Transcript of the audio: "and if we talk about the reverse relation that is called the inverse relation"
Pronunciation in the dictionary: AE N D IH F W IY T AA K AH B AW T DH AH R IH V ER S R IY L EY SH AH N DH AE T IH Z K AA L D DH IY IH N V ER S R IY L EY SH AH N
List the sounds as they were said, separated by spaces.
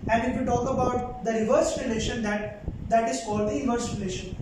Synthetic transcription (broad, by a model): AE N D IH F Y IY T AA K AH B AW T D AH R IH V ER S R IY L EY SH AH N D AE T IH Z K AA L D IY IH V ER S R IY L EY SH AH N